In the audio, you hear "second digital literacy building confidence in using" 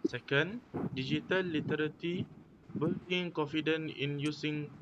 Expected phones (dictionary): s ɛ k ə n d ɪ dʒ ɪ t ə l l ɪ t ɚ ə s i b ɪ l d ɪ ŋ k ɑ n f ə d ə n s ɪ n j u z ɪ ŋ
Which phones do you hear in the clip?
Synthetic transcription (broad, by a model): s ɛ k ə n d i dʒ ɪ t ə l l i t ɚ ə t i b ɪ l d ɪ ŋ k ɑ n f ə d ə n ɪ n j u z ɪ ŋ